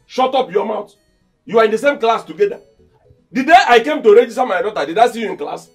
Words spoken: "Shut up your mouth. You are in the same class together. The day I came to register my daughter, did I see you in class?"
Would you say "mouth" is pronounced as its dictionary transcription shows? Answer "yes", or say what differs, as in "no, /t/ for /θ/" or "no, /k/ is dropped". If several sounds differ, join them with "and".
no, /t/ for /θ/